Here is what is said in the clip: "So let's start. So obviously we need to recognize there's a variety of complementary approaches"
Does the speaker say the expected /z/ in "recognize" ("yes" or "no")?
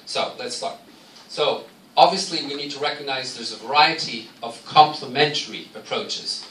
yes